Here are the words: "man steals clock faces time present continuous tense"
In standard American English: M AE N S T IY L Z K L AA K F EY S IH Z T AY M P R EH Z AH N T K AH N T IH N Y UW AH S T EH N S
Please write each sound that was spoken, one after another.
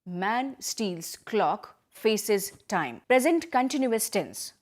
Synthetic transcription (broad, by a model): M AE N S T IY L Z K L AA K F EY S IH Z T AY M P R EH Z AH N T K AH N T IH N Y UW AH S T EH N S